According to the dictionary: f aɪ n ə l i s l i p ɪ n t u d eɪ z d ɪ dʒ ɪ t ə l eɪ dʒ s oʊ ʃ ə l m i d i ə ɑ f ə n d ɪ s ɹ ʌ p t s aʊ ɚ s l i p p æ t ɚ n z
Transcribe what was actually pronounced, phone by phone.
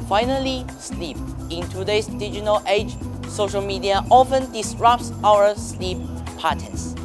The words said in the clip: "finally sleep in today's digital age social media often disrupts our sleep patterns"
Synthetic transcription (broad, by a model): f aɪ n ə l i s l i p ɪ n t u d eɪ s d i dʒ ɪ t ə l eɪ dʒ s oʊ ʃ ə l m i d i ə ɑ f ə n d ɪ s ɹ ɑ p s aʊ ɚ s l i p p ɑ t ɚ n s